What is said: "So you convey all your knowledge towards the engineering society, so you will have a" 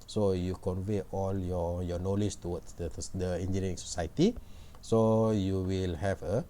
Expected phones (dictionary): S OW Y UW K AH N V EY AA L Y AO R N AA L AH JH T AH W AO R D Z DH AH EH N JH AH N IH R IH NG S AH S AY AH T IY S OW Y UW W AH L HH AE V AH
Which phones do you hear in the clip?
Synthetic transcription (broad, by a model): S OW Y UW K AH N V EY AA L Y AO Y N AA L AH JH T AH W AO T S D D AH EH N JH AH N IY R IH NG S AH S AY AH T IY S OW Y UW W AH L HH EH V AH